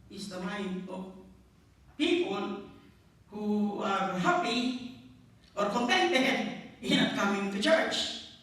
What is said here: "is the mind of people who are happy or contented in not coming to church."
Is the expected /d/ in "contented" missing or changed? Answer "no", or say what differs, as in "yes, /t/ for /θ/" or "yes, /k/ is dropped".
yes, /d/ is dropped